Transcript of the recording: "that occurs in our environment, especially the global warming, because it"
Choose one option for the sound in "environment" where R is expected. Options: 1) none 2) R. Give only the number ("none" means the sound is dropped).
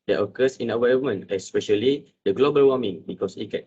1